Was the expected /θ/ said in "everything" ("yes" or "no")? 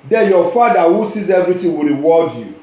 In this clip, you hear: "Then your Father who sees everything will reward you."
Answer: no